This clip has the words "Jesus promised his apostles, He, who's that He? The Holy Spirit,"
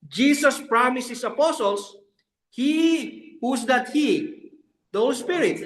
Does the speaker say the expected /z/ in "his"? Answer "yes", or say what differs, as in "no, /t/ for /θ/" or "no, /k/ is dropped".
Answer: no, /s/ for /z/